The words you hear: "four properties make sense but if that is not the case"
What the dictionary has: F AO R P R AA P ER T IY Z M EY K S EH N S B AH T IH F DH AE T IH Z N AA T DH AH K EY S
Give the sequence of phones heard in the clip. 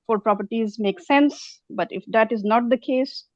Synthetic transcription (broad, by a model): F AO R P R AA P ER T IY Z M EY K S EH N S B AH T IH F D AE T IH Z N AA T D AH K EY S